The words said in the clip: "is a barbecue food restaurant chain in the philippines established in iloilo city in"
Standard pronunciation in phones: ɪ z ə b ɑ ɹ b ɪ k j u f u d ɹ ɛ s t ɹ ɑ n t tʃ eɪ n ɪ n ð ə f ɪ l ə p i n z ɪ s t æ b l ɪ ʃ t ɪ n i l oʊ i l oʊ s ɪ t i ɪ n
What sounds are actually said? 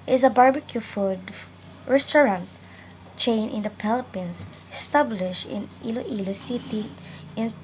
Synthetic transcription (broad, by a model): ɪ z ə b ɑ ɹ b ɪ k j u f u d ɹ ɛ s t ɹ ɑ n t tʃ eɪ n ɪ n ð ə p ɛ l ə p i n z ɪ s t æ b l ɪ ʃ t ɪ n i l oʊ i l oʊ s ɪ t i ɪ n